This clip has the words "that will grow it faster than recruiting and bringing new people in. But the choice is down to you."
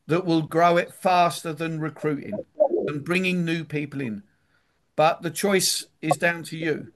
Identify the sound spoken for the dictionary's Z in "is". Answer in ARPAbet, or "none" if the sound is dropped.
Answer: Z